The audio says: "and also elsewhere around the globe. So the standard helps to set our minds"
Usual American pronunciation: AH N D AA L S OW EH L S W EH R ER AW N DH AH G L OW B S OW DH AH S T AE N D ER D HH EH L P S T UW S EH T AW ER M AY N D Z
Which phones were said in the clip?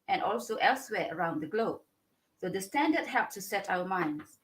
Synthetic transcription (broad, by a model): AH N AA L S OW EH L S W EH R ER AW N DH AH G L OW B S OW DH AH S T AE N D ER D HH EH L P T UW S EH T AW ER M AY N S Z